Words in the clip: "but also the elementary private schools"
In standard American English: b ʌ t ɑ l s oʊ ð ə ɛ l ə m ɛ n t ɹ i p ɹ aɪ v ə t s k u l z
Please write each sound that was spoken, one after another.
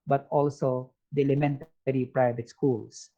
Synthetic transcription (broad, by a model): b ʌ t ɑ l s oʊ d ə ɛ l ə m ɛ n t ɹ i p ɹ aɪ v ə t s k u l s